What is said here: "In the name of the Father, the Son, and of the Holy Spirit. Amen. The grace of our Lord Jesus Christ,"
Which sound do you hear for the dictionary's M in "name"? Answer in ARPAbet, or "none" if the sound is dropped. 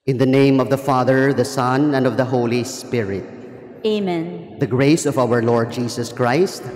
M